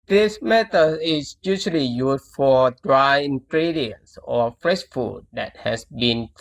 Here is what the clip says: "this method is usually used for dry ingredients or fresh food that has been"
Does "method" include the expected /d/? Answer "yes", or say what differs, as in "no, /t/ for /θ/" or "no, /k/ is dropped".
no, /d/ is dropped